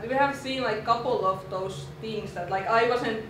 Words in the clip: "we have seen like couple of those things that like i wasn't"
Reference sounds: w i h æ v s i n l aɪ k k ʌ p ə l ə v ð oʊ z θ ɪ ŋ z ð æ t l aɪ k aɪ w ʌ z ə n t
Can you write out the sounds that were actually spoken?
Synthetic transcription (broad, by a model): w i h æ v s i n l aɪ k k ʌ p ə l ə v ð oʊ s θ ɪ ŋ s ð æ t l aɪ k aɪ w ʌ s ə n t